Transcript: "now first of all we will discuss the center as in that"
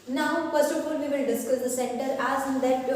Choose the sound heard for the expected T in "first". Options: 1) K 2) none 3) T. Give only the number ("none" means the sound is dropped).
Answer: 2